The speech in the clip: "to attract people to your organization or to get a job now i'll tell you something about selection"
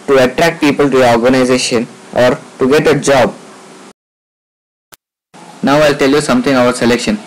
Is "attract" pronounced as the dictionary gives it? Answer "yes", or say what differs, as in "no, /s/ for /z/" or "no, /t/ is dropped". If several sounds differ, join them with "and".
yes